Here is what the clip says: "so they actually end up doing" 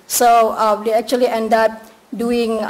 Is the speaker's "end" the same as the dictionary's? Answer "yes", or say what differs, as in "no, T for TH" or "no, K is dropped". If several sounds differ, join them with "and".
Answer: yes